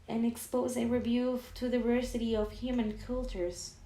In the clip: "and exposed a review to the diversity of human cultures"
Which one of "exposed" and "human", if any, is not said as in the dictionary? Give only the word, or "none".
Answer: exposed